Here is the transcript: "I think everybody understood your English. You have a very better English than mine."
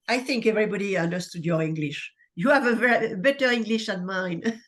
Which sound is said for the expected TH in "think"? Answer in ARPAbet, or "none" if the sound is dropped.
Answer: TH